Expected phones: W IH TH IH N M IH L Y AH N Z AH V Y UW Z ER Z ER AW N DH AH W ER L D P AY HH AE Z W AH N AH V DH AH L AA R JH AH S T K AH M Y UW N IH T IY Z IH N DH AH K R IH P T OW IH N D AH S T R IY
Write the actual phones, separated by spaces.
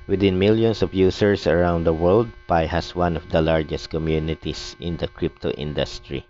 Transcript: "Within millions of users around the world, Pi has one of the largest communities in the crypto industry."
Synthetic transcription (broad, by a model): W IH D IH N M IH L Y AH N S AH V Y UW S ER S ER AW N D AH W ER L D P AY HH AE S W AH N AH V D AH L AA R JH AH S T K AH M Y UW N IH T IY S IH N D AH K R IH P T OW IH N D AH S T R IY